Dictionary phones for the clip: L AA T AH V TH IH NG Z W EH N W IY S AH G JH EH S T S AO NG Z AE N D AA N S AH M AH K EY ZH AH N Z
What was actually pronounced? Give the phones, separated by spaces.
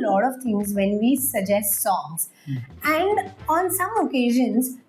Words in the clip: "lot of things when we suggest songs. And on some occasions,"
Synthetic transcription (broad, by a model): L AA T AH V T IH NG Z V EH N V IY S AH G JH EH S T S AO NG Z AE N D AA N S AH M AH K EY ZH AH N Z